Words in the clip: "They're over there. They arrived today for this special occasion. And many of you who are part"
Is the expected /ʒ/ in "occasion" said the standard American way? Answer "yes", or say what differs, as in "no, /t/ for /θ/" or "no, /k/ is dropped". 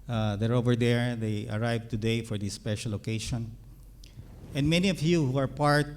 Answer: no, /ʃ/ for /ʒ/